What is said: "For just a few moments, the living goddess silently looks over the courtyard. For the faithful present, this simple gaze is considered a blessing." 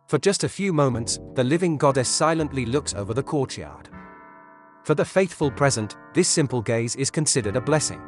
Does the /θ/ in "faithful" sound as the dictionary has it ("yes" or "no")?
yes